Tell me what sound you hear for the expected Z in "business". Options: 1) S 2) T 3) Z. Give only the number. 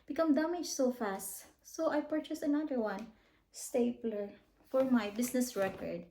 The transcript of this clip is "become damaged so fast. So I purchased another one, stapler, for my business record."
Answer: 1